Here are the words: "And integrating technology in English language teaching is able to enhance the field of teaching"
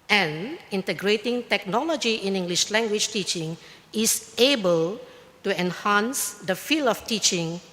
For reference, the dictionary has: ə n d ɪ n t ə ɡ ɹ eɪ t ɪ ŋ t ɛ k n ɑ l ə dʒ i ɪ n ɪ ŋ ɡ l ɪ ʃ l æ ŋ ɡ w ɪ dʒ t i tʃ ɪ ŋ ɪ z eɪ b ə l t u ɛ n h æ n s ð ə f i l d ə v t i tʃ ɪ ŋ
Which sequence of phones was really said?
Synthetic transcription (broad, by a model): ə n ɪ n t ə ɡ ɹ eɪ t ɪ ŋ t ɛ k n ɑ l ə dʒ i ɪ n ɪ ŋ ɡ l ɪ ʃ l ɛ ŋ ɡ w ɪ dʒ t i tʃ ɪ ŋ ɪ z eɪ b ə l t u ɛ n h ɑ n s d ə f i l ə f t i tʃ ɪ ŋ